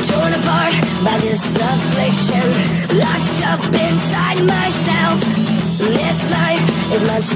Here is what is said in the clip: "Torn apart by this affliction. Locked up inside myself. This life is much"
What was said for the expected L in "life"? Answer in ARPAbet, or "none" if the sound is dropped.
N